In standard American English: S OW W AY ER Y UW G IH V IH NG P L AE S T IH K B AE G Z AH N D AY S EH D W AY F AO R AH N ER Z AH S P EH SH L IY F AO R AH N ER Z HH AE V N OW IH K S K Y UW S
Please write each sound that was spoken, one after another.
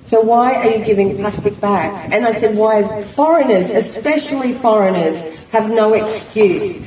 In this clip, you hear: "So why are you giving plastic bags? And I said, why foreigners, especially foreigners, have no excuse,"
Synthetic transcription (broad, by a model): S OW W AY ER Y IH G IH V IH NG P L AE S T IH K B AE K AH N AY S EH D W AY F AO R AH N ER Z AH S P EH SH L IY F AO R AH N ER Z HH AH V N OW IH K S K Y UW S